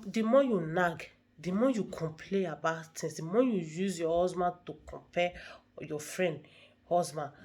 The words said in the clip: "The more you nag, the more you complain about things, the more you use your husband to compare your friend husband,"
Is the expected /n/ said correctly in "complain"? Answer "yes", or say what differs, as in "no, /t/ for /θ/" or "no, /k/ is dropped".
no, /n/ is dropped